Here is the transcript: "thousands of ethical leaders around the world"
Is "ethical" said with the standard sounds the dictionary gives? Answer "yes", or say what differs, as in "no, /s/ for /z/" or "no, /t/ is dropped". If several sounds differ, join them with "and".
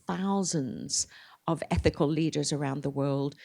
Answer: yes